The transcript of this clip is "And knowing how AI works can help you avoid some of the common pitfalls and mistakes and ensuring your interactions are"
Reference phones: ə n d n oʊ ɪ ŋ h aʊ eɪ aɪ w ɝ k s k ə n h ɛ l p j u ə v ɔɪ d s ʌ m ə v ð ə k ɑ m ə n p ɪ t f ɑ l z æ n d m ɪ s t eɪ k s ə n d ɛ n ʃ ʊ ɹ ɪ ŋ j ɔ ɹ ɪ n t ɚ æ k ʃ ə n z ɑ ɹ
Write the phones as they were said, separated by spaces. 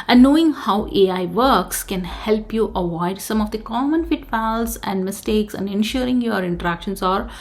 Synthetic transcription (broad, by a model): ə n n oʊ ɪ ŋ h aʊ eɪ aɪ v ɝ k s k ə n h ɛ l p j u ə v ɔɪ d s ʌ m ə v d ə k ɑ m ə n f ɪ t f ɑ l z æ n d m ɪ s t eɪ k s ə n d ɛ n ʃ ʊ ɹ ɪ ŋ j ɔ ɹ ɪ n t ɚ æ k ʃ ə n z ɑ ɹ